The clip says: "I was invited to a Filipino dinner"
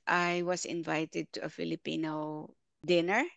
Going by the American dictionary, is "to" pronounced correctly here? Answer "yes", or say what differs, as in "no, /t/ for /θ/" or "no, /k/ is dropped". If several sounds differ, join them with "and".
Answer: yes